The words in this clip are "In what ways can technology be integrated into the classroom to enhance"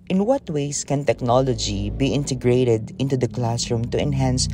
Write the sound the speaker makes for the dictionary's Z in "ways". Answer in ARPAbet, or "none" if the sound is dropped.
S